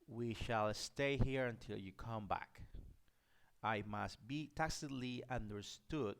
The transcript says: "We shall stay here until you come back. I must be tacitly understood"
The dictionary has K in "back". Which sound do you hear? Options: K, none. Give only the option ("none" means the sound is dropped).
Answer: K